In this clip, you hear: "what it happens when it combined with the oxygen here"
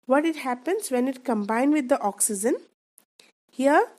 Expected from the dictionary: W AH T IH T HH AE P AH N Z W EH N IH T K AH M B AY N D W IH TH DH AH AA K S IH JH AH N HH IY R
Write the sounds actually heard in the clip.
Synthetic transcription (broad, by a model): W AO T IH T HH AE P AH N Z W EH N IH T K AH M B AY N D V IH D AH AA K S IH JH AH N HH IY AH